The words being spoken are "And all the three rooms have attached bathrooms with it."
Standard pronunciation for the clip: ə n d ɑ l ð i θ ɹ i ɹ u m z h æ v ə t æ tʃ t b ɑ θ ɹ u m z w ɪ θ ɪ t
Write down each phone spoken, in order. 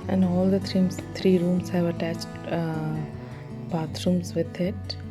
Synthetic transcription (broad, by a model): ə n d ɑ l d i t ɹ i ɹ u m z h æ v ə t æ tʃ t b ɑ t ɹ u m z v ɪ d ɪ t